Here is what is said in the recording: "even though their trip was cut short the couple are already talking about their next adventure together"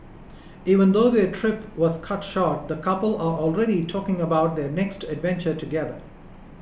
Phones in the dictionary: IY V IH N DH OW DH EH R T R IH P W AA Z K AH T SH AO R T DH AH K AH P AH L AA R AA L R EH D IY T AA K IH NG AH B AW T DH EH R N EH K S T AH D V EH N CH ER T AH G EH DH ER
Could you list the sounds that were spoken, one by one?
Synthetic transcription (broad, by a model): IY V IH N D OW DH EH T R IH P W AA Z K AH T SH AO R T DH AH K AH P AH L AA R AA L R EH D IY T AA K IH NG AH B AW T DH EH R N EH K S T AH D V EH N CH ER T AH G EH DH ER